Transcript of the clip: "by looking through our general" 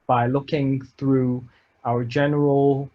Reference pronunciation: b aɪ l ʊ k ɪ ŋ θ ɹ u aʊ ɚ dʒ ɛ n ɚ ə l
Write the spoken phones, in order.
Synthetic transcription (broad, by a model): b aɪ l ʊ k ɪ ŋ θ ɹ u aʊ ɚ dʒ ɛ n ɚ ə l